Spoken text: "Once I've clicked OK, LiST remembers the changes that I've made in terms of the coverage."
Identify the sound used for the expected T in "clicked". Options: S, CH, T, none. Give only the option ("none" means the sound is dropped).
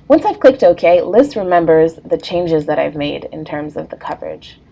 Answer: T